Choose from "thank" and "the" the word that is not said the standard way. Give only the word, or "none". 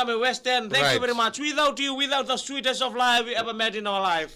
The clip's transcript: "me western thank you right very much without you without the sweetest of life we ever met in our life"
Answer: thank